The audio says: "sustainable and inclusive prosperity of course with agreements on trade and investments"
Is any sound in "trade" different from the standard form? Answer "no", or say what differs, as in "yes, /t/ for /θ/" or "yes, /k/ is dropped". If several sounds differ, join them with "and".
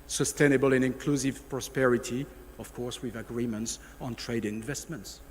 yes, /d/ is dropped